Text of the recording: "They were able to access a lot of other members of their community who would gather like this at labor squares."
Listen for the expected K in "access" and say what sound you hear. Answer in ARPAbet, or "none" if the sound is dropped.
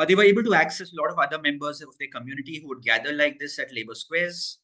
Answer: K